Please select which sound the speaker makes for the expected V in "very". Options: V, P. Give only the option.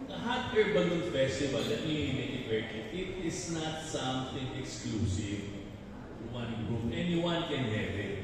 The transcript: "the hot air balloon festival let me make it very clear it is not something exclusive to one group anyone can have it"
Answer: P